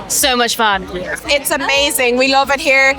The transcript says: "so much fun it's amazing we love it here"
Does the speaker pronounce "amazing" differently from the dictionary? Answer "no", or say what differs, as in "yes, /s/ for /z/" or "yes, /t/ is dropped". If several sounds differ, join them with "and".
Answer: no